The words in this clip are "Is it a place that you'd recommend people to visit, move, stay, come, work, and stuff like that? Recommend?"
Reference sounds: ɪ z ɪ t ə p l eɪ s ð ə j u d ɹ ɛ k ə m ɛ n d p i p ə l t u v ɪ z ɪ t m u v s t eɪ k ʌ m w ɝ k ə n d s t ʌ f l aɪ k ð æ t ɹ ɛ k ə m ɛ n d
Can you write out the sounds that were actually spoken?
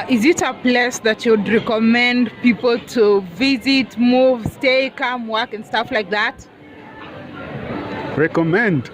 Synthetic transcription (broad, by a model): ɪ z ɪ t ə p l eɪ s ð ə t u d ɹ ɛ k ə m ɛ n d p i p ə l t u v ɪ z ɪ t m u v s t eɪ k ʌ m w ɝ k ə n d s t ʌ f l aɪ k ð æ t ɹ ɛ k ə m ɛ n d